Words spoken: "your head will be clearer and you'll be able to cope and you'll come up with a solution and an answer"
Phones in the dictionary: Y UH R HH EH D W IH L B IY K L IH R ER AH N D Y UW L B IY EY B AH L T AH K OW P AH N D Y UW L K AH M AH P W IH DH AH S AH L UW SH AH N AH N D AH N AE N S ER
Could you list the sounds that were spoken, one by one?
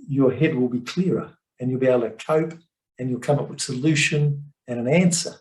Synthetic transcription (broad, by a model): Y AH R HH EH D W IH L B IY K L IH R ER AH N Y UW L B IY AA AH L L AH K OW P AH N Y UW L K AH M AH P W IH DH S AH L UW SH AH N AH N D AH N AE N S ER